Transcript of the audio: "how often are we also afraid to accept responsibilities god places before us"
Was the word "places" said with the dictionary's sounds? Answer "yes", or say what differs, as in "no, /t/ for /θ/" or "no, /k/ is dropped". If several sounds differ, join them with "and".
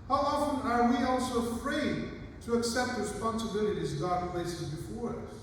yes